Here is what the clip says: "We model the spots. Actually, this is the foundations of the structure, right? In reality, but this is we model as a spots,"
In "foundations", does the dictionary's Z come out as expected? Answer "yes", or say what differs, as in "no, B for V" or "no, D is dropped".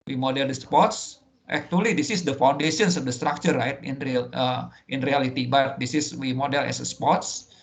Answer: no, S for Z